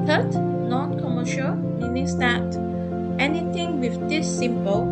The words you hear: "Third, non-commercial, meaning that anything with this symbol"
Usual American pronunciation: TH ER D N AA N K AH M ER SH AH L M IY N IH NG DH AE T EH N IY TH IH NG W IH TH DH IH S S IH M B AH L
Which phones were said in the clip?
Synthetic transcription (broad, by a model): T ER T N AA N K AH M ER SH AH L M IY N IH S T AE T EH N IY T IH NG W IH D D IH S S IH M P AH L